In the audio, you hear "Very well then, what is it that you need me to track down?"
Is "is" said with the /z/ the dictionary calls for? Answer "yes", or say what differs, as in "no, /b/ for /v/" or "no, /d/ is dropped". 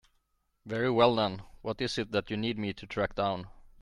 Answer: no, /s/ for /z/